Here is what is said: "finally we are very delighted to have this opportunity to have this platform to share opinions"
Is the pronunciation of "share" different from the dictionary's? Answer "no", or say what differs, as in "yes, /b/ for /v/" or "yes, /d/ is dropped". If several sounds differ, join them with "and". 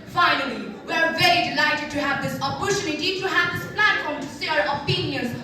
yes, /s/ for /ʃ/